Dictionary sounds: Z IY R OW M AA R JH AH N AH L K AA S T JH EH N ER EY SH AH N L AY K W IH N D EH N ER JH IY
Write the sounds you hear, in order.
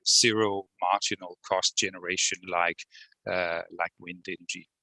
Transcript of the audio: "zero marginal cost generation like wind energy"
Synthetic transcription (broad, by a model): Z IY R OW M AA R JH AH N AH L K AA S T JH EH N ER EY SH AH N L AY K W IH N D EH N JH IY